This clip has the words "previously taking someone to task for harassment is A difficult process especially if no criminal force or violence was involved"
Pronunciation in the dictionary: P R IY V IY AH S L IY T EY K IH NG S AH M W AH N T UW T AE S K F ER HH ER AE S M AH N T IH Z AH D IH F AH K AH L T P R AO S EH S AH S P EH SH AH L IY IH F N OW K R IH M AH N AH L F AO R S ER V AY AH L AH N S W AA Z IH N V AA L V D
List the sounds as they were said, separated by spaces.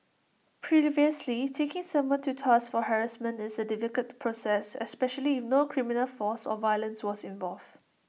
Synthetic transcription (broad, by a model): P R IY V IY AH S L IY T EY K IH NG S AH M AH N T UW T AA S F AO HH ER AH S M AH N IH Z AH D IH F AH K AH T P R AO S EH S AH S P EH SH AH L IY IH F N OW K R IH M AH N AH L F AO S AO V AY AH L AH N S W AA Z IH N V AA L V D